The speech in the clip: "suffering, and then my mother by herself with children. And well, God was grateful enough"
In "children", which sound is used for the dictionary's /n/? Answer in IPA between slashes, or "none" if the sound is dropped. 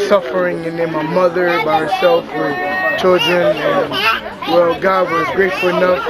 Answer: /n/